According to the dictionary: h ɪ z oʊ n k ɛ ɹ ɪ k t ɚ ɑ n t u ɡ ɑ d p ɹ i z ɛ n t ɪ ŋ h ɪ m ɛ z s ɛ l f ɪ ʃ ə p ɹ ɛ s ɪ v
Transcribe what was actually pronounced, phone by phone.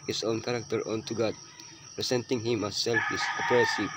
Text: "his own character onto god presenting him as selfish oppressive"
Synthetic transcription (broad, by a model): h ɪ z oʊ n k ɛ ɹ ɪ k t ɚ ɑ n t u ɡ ɑ d p ɹ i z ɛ n t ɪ ŋ h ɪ m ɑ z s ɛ l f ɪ s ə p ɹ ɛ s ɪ